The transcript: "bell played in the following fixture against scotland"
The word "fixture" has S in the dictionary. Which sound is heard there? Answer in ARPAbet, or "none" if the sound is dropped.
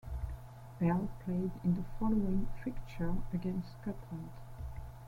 none